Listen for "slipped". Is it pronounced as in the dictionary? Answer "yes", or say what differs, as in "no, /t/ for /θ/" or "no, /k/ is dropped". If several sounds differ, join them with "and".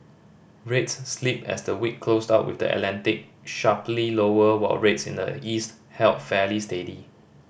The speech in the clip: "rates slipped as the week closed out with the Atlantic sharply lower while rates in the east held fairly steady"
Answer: no, /t/ is dropped